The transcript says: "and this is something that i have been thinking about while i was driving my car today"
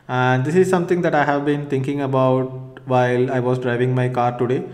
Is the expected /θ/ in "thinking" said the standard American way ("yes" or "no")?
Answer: no